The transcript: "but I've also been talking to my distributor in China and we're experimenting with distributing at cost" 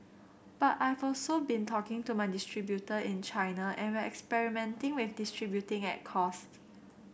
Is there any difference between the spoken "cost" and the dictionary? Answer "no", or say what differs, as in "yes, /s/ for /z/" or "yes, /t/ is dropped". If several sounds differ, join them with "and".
no